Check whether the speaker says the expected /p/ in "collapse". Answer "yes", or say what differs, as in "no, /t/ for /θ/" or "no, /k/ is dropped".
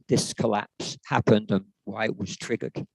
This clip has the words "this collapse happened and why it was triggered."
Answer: yes